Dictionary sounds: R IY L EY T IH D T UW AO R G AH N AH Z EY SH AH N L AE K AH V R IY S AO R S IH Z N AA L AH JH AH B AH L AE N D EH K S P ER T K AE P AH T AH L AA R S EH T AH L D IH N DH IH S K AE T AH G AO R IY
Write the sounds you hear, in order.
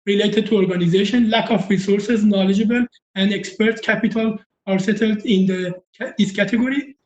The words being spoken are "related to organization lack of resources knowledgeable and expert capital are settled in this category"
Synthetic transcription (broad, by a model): R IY L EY T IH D T UW AO R G AH N AH Z EY SH AH N L AE K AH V R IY S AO R S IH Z N AA L AH JH AH B AH L AE N D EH K S P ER T K AE P AH T AH L AA R S EH T AH L D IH N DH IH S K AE T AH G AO R IY